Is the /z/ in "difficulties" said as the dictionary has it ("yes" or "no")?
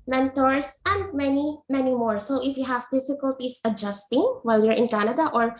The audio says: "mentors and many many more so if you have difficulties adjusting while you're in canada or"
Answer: no